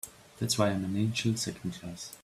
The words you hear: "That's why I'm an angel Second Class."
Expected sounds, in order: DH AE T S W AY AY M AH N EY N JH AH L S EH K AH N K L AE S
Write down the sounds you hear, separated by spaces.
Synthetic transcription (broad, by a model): DH AE T S W AY AY M AH N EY N SH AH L S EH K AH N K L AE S